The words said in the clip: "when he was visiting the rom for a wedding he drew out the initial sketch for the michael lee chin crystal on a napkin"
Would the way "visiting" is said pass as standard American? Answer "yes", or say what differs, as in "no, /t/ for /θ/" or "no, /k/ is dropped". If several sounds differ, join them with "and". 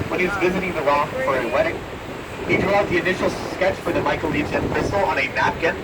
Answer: yes